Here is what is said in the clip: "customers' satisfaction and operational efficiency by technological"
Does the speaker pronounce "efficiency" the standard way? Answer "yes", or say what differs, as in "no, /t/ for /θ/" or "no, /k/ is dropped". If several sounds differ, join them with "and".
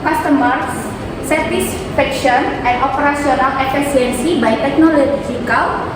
no, /s/ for /ʃ/